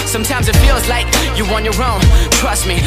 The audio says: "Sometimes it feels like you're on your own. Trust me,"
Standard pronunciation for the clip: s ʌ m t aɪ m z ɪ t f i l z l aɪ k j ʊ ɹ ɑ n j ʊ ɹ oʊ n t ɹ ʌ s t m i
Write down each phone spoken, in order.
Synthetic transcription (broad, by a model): s ʌ m t aɪ m z ɪ t f i l z l aɪ k j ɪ w ɑ n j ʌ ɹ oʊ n t ɹ ʌ s t m i